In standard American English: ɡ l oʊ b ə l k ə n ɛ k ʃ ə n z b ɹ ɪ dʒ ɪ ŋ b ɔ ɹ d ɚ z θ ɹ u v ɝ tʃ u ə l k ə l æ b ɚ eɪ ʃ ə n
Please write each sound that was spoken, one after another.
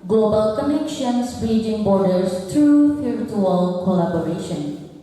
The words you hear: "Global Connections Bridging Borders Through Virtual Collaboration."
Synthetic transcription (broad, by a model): ɡ l oʊ b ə l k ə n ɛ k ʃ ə n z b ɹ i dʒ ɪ ŋ b ɔ ɹ d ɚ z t ɹ u f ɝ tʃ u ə l k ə l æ b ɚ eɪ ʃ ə n